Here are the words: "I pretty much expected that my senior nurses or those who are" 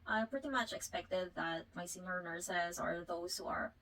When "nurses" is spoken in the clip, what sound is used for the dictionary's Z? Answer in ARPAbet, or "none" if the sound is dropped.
Z